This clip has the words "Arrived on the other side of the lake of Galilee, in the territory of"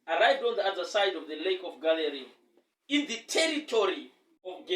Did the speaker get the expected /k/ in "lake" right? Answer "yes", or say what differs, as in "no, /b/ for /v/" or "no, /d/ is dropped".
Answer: yes